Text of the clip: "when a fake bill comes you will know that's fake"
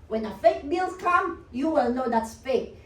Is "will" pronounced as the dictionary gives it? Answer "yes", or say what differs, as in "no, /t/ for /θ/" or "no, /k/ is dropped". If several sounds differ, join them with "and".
yes